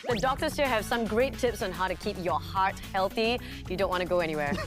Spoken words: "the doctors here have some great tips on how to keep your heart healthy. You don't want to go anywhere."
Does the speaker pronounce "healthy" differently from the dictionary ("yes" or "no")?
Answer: no